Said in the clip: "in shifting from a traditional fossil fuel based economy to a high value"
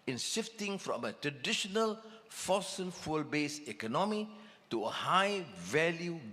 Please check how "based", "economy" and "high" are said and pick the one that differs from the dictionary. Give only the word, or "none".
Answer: based